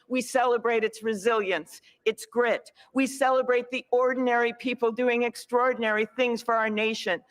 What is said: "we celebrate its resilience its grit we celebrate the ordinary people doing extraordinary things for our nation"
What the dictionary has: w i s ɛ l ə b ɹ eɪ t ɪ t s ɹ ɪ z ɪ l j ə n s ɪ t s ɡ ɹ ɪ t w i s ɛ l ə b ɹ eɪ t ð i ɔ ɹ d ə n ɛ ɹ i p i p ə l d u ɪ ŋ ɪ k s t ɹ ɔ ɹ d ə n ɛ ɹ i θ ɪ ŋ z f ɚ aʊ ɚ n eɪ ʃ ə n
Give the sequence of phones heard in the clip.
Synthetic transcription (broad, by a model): w i s ɛ l ə b ɹ eɪ t ɪ t s ɹ ɪ z ɪ l j ə n s ɪ t s ɡ ɹ ɪ t w i s ɛ l ə b ɹ eɪ t ð i ɔ ɹ d n ɛ ɹ i p i p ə l d u ɪ ŋ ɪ k s t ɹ ɔ ɹ d n ɛ ɹ i θ ɪ ŋ z f ɚ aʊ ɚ n eɪ ʃ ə n